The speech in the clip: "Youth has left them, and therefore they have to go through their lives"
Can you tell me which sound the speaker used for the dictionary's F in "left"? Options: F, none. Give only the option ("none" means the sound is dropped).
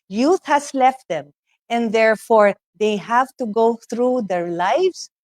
F